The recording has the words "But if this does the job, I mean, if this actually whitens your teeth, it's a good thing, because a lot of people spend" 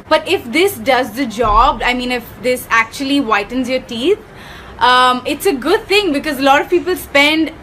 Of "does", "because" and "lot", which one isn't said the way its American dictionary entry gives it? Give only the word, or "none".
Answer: none